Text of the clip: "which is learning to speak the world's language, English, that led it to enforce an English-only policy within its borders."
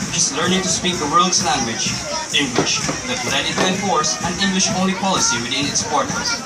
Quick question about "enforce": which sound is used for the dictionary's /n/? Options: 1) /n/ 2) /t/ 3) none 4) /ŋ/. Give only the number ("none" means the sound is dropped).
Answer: 3